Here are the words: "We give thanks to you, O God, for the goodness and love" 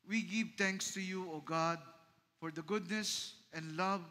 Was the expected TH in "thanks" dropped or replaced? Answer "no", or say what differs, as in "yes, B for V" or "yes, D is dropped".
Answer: yes, T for TH